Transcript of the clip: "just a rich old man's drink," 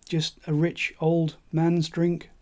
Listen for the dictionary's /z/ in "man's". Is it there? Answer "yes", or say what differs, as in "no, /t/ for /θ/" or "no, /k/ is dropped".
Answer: yes